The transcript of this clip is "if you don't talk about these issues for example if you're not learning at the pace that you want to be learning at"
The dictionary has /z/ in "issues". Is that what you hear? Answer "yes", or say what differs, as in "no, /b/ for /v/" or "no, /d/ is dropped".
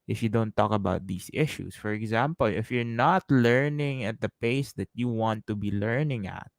no, /s/ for /z/